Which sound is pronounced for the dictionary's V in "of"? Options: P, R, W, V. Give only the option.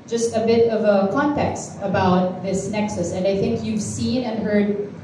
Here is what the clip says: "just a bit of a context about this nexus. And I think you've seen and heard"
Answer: V